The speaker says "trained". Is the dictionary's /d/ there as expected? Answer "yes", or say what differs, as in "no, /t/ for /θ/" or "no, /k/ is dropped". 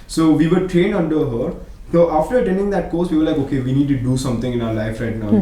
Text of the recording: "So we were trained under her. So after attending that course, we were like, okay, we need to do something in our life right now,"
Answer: no, /d/ is dropped